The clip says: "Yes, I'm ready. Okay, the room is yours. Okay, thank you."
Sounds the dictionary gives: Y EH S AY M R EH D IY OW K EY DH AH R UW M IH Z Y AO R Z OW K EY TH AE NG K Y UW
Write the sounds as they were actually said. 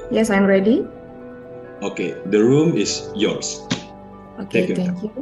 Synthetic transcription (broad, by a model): Y EH S AY M R EH D IY OW K EY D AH R UW M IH S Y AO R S OW K EY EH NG K Y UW